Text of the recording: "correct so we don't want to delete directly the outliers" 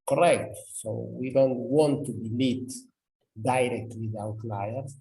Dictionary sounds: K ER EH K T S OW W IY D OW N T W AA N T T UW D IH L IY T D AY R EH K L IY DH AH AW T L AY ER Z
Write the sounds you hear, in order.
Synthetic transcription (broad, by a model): K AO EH K T S OW W IY D OW N T W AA N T T UW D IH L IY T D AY R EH K W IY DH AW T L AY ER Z